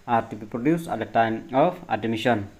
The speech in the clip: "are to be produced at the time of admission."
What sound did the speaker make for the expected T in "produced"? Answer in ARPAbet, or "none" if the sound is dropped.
none